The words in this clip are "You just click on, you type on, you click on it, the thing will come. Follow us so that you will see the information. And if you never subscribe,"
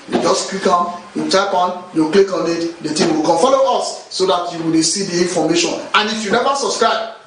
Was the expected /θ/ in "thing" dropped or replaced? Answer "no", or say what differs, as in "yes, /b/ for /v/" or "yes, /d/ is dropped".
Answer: yes, /t/ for /θ/